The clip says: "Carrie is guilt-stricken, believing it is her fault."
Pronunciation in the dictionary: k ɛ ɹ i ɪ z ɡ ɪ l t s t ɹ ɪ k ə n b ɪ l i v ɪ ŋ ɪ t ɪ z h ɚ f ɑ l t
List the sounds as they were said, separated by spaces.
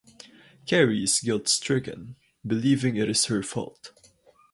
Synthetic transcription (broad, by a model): k ɛ ɹ i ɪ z ɡ ɪ l t s t ɹ ɪ k ə n b ɪ l i v ɪ ŋ ɪ t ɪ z h ɚ f ɑ l t